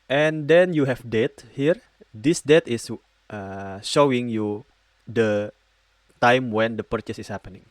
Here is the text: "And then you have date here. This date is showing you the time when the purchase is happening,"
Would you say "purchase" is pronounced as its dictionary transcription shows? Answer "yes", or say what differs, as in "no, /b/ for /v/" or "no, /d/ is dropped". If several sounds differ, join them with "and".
yes